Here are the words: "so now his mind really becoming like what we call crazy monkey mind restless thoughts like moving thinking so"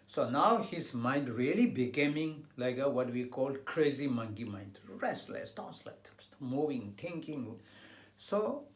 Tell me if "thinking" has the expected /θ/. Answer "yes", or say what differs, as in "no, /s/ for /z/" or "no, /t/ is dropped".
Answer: no, /t/ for /θ/